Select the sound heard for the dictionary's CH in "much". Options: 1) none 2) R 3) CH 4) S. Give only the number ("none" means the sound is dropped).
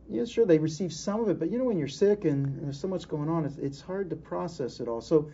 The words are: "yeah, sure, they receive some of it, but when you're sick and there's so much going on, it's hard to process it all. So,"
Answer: 4